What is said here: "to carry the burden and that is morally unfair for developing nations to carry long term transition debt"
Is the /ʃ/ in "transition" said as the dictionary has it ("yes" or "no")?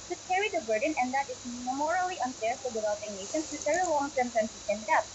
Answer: no